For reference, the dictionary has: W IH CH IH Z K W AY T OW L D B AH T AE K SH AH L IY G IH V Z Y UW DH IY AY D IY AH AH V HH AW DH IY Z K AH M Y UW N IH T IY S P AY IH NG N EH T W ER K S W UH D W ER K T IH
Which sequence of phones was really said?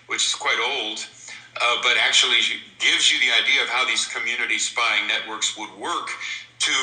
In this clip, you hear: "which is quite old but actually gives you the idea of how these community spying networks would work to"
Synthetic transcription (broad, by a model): W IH CH IH Z K W AY T OW L D B AH T AE K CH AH L IY G IH V Z Y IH DH IY AY D IY AH AH V HH AW DH IY Z K AH M Y UW N IH T IY S P AY IH NG N EH T W ER K S W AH D W ER K T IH